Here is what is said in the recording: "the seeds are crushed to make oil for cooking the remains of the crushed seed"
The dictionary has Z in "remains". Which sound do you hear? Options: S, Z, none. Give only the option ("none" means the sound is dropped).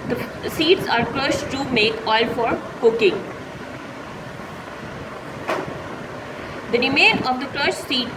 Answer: none